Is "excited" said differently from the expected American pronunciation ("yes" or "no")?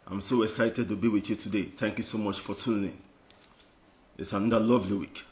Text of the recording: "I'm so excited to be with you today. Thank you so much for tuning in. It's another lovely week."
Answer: no